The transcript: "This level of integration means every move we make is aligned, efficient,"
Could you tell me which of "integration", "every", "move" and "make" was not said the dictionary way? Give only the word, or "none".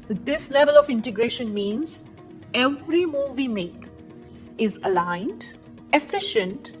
none